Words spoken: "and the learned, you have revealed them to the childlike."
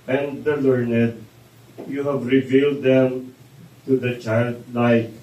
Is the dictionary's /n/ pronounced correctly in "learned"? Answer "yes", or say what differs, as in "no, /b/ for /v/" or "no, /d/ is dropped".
yes